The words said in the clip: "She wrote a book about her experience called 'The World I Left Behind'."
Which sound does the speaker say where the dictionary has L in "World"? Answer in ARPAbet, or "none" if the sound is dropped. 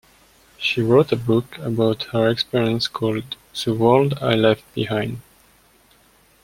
L